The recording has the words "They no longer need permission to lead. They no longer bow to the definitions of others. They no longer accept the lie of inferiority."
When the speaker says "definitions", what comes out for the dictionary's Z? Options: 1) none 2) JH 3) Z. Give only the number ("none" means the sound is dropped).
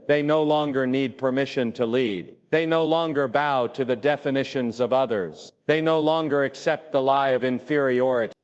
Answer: 3